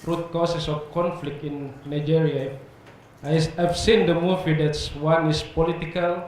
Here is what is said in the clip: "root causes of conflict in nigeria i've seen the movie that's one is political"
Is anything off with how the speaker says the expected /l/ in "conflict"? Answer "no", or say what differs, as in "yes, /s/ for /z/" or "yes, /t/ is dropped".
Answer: no